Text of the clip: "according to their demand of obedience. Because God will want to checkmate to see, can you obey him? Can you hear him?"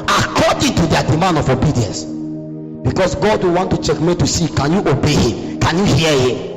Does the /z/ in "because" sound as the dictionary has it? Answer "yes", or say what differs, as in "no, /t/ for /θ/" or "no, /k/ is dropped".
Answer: no, /s/ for /z/